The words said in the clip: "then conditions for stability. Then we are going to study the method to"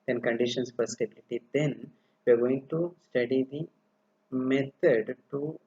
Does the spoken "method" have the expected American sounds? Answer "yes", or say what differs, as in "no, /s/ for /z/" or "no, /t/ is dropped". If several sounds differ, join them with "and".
no, /t/ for /θ/